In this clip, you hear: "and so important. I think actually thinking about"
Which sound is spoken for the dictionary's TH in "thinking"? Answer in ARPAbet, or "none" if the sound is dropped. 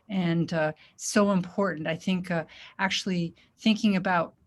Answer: TH